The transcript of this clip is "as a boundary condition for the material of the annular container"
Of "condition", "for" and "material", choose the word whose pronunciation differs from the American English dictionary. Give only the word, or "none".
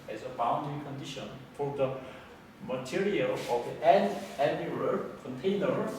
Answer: none